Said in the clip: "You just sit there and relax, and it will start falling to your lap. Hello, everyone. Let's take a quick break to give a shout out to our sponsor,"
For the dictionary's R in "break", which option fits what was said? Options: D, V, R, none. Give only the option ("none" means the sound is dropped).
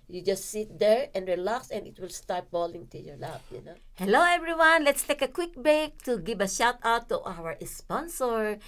none